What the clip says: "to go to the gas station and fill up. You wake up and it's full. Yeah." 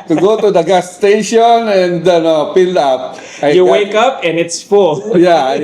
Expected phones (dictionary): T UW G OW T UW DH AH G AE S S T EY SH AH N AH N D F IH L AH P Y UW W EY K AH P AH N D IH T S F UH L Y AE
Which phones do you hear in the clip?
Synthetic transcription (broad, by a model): T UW G OW T UW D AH G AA S S T EY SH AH N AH N D P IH L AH P Y UW W EY K AH P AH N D IH T S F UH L Y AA